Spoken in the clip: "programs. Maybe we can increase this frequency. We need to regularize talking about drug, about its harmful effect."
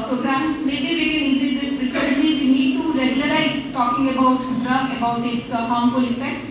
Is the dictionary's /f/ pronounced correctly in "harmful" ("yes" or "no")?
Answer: no